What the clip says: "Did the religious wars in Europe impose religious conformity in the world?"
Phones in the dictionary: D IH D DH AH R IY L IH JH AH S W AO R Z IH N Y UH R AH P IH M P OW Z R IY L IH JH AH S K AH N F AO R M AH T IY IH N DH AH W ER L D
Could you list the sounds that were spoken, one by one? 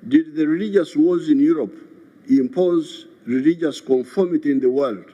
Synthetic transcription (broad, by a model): D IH D DH AH R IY L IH JH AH S W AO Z IH N Y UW R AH P IH M P OW Z R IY L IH JH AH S K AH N F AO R M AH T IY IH N DH AH W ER L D